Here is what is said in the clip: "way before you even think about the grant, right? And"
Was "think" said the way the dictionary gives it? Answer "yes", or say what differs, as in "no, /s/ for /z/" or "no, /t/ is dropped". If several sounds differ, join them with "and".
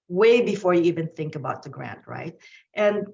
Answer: yes